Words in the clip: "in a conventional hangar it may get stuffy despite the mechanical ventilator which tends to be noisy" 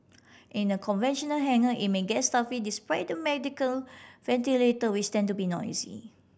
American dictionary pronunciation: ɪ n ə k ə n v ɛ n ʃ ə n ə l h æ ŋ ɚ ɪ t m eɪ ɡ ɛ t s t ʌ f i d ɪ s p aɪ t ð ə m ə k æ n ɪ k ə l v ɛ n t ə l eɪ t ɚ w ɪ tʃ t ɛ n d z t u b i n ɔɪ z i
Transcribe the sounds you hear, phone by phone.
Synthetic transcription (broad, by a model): ɪ n ə k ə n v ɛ n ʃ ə n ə l h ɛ ŋ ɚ ɪ t m eɪ ɡ ɛ t s t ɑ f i d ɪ s p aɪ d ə m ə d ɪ k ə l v ɛ n t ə l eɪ t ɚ w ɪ s t ɛ n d t u b i n ɔɪ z i